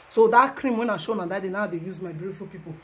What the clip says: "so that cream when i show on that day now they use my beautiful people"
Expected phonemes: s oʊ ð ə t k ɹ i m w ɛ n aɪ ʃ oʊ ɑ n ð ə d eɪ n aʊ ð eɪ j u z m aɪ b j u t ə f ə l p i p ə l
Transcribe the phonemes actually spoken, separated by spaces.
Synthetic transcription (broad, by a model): s oʊ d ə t k ɹ i m w ɛ n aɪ ʃ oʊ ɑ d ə d eɪ n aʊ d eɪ j u z m aɪ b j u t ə f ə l p i p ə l